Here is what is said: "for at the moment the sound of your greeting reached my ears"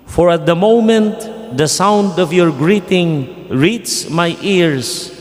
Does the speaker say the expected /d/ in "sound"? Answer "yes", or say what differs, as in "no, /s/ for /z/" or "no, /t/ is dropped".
yes